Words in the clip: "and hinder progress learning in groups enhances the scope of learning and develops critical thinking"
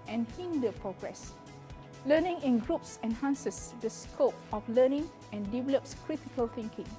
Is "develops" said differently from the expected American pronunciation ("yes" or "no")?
no